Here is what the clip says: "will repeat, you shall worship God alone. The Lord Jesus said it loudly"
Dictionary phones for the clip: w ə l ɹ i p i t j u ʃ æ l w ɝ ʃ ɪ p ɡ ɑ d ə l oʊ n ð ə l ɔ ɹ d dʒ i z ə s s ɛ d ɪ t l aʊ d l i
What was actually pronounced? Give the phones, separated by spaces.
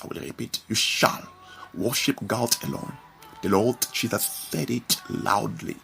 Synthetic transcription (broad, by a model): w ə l ɹ i p i t j u ʃ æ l w ɝ ʃ ɪ p ɡ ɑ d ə l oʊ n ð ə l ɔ l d tʃ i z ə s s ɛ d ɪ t l aʊ d l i